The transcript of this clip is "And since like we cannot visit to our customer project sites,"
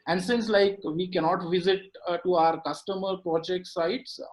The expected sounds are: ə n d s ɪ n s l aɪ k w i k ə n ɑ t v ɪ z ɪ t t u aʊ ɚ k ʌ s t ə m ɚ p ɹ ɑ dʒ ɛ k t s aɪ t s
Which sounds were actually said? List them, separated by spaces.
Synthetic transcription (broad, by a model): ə n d s ɪ n s l aɪ k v i k ə n ɑ t v ɪ z ɪ t t u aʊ ɚ k ʌ s t ə m ɚ p ɹ ɑ dʒ ɛ k t s aɪ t s